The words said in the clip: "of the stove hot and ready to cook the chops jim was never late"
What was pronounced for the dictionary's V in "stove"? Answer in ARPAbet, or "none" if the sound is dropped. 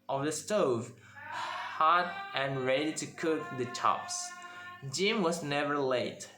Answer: V